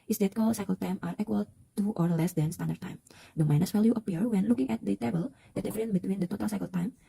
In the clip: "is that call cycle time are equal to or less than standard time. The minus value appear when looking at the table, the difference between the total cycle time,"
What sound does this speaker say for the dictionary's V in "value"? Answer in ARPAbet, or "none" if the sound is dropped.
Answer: F